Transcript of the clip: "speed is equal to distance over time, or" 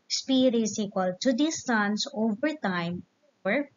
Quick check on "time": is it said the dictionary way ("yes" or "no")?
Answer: yes